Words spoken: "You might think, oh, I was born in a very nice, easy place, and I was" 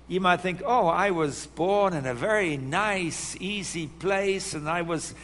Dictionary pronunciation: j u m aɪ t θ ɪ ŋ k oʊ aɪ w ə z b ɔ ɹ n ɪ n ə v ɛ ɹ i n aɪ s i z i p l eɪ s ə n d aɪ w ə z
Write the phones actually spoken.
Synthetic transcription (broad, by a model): j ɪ m aɪ t θ ɪ ŋ k oʊ aɪ w ə z b ɔ ɹ n ɪ n ə v ɛ ɹ i n aɪ s i z i p l eɪ s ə n aɪ w ə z